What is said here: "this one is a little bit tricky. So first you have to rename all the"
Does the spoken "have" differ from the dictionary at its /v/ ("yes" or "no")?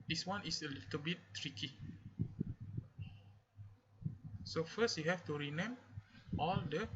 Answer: yes